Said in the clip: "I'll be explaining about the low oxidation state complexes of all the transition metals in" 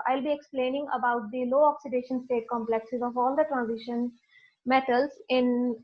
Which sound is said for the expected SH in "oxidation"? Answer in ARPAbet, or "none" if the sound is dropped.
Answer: SH